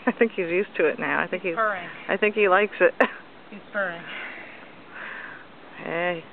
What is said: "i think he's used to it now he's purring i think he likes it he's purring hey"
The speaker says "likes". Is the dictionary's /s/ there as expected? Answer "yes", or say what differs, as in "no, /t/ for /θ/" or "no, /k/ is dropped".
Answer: yes